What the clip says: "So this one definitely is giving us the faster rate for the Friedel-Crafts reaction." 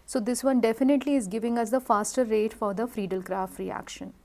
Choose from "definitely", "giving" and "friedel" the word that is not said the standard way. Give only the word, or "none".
none